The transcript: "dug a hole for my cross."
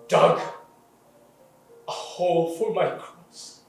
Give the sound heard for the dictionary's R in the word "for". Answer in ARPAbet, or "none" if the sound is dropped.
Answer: L